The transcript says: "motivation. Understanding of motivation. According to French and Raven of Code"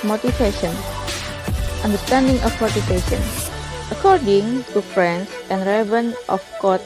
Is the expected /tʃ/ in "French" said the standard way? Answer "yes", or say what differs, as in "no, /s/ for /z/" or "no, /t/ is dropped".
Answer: no, /s/ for /tʃ/